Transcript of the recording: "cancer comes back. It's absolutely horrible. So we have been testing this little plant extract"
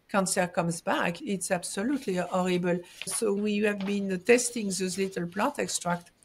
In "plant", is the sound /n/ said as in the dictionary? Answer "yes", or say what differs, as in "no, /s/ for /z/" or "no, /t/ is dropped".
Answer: no, /n/ is dropped